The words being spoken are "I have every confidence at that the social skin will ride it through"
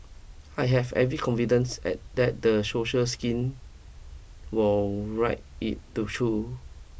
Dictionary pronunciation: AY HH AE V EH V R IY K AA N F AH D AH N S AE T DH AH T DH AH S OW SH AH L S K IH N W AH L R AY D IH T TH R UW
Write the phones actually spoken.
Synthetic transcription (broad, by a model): AY HH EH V EH V R IY K AA N F AH D AH N S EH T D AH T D AH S OW SH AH S K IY N W AH L R AY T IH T T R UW